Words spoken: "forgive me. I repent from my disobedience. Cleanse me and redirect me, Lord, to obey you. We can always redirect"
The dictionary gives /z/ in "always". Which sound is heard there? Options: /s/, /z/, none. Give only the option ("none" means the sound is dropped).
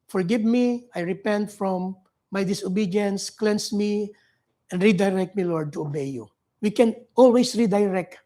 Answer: /s/